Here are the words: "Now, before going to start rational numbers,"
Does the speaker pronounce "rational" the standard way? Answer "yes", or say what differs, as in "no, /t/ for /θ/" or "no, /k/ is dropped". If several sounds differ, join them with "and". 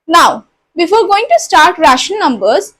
no, /n/ is dropped and /n/ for /l/